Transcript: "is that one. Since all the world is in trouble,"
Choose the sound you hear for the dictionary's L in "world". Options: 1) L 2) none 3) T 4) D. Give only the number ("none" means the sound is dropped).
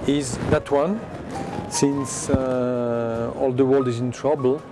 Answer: 1